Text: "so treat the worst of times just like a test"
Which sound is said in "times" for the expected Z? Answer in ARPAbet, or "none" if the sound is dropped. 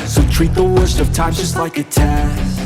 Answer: none